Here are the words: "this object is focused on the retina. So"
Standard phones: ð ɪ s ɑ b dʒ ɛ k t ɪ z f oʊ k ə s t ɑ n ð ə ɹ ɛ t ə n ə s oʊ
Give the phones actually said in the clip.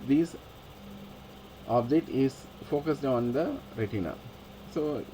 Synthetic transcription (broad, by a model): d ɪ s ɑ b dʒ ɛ t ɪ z f oʊ k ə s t ɑ n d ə ɹ ɛ t ə n ə s oʊ